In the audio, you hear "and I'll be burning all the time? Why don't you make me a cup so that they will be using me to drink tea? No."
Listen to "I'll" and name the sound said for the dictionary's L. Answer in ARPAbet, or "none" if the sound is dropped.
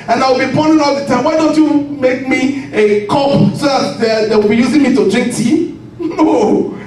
W